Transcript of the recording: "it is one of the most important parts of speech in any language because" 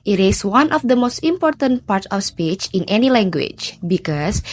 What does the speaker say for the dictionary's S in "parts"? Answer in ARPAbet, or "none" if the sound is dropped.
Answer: none